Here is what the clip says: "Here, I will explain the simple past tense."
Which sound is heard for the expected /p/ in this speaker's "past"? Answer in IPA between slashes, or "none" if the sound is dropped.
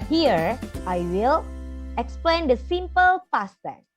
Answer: /f/